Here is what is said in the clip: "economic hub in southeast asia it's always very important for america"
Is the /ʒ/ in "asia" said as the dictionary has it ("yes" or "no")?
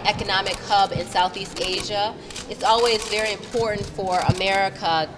yes